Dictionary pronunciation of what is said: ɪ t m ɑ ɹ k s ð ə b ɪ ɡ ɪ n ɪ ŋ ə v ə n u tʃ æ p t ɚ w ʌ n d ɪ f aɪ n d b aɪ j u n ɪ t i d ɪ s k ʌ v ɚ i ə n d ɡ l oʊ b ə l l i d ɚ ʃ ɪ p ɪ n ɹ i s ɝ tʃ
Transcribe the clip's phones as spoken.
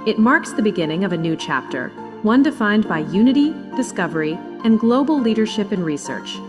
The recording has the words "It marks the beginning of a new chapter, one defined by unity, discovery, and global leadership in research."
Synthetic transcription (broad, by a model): ɪ t m ɑ ɹ k s ð ə b ɪ ɡ ɪ n ɪ ŋ ə v ə n u tʃ æ p t ɚ w ʌ n d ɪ f aɪ n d b aɪ j u n ɪ t i d ɪ s k ʌ v ɚ i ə n ɡ l oʊ b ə l l i d ɚ ʃ ɪ p ɪ n ɹ i s ɝ tʃ